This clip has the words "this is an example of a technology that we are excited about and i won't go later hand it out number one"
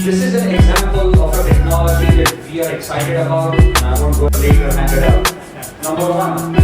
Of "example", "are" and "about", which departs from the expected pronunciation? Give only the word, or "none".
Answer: none